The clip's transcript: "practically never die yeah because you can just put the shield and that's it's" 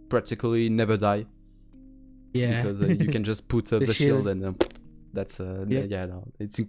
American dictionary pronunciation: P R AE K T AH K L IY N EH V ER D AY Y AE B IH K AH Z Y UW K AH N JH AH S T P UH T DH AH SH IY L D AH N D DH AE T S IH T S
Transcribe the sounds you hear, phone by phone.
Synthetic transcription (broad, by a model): P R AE K T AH K L IY N EH V ER D AY Y AE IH K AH Z Y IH K AH N JH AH S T P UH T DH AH SH IY L D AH N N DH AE T S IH T S